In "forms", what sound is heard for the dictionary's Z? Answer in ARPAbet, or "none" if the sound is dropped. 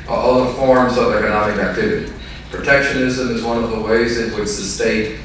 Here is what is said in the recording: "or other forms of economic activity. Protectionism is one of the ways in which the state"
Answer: Z